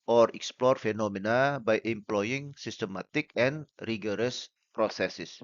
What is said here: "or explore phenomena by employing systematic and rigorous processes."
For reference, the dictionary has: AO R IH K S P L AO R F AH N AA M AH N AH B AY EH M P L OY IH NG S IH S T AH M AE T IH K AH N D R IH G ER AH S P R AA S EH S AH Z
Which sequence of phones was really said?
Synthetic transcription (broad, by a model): AO R IH K S P L AO R F AH N AA M AH N AH B AY EH M P L OY IH NG S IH S T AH M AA T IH K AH N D R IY G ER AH S P R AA S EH S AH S